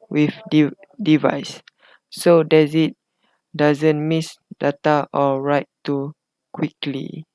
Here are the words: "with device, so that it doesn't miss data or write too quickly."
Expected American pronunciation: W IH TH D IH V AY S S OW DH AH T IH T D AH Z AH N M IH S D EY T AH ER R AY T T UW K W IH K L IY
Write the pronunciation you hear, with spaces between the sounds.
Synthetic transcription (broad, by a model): W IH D D IH V AY S S OW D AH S IH T D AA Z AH N M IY S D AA T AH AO R AY T T UW K W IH K L IY